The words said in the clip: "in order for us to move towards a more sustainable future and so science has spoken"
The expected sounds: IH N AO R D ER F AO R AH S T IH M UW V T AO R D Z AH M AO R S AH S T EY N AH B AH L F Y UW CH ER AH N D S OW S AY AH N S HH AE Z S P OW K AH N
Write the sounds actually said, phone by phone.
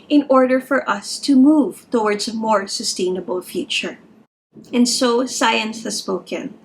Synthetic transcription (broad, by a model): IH N AO R D ER F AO R AH S T IH M UW V T AO R D Z AH M AO R S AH S T EY N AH B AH L F Y UW CH ER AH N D S OW S AY AH N S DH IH S P OW K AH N